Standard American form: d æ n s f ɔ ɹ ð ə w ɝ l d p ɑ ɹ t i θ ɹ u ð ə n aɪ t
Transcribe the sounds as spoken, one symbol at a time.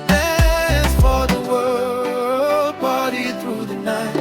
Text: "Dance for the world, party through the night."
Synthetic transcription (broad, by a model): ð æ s f ɔ ɹ ð ə w ɝ l d b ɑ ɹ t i θ ɹ u ð ə n aɪ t